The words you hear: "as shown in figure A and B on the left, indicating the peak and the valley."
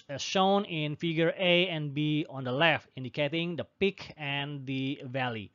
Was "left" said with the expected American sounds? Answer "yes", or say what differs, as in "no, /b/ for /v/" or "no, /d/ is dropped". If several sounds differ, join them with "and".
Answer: yes